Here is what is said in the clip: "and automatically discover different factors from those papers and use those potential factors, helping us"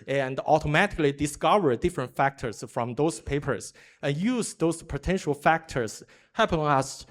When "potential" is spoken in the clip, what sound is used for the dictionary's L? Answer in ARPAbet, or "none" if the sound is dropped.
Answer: L